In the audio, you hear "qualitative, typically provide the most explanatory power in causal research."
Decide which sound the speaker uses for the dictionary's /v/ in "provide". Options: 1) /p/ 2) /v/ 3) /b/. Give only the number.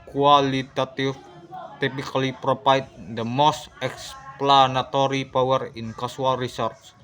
1